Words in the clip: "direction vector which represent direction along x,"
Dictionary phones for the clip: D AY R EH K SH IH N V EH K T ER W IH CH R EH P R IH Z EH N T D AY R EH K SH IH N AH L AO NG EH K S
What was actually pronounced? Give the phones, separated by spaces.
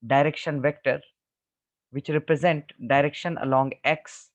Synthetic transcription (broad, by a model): D AY R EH K SH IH N V EH K T ER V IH CH R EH P R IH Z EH N T D AY R EH K SH IH N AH L AO NG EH K S